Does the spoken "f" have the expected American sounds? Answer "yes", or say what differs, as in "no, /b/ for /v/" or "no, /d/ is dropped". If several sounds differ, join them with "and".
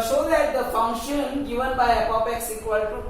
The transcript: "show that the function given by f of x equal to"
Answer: no, /p/ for /f/